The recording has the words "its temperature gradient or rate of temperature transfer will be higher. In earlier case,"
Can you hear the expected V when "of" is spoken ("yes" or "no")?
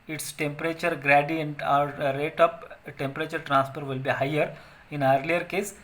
no